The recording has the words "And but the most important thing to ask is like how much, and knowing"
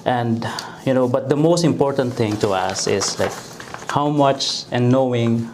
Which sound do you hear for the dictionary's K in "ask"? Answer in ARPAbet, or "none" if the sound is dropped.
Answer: none